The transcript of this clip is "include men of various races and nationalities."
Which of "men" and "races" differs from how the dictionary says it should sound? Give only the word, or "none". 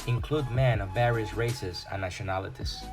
none